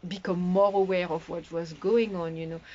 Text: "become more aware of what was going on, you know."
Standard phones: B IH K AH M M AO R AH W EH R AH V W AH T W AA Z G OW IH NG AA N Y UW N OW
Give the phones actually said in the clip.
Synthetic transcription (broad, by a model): B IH K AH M M AO R AH W EH R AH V W AH T W AA Z G OW IH NG AA N Y UW N OW